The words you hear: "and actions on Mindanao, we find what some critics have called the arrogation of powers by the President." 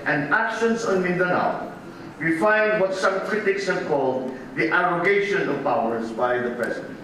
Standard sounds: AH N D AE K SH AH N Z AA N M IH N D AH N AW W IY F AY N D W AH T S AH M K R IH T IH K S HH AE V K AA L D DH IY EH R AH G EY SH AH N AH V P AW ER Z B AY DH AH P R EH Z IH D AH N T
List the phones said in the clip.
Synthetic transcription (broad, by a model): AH N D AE K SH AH N S AA N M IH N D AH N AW W IY F AY N D W AH T S AH M K R IH T IH K S HH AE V K AA L D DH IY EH R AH G EY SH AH N AH V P AW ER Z B AY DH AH P R EH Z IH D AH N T